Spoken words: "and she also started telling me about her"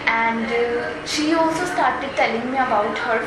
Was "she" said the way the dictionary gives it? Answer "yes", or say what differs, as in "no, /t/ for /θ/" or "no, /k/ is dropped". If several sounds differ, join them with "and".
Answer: yes